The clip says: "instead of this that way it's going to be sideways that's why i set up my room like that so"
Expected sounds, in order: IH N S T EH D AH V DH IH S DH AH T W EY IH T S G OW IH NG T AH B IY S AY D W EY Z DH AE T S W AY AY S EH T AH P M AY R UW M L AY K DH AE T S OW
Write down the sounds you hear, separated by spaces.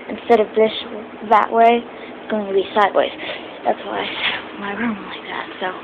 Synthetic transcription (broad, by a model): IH N S T EH D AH V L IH SH DH AH T W EY IH T S G OW IH NG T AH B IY S AY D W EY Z DH AE T S W AY AY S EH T M AY R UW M L AY K DH AE T S OW